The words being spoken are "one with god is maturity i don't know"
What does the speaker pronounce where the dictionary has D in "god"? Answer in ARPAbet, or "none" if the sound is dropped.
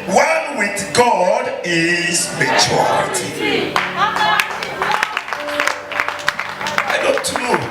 D